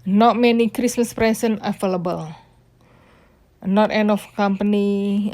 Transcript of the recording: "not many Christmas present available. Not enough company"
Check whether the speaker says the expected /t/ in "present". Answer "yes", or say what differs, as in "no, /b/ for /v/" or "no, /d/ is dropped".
no, /t/ is dropped